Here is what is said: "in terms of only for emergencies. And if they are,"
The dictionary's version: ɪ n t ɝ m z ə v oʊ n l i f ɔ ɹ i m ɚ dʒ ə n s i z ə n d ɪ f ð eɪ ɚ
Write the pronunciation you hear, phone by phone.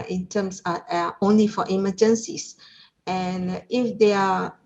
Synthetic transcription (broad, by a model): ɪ n t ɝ m s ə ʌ oʊ n l i f ɔ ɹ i m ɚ dʒ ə n s i s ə n ɪ f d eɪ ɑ